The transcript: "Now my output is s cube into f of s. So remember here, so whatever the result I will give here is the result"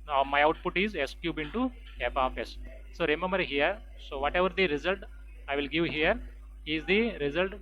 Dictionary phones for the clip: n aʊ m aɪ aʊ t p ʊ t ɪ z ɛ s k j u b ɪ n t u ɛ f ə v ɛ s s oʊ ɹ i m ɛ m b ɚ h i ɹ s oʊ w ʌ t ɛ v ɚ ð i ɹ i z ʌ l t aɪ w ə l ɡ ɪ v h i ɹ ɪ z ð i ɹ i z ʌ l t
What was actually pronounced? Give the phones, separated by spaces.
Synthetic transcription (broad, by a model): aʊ m aɪ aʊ t p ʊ t ɪ z ɛ s k j u b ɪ n t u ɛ p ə f ɛ s s oʊ ɹ i m ɛ m b ɚ h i ɹ s oʊ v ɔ t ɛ v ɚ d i ɹ i z ʌ l t aɪ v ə l ɡ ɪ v h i ɹ ɪ z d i ɹ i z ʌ l t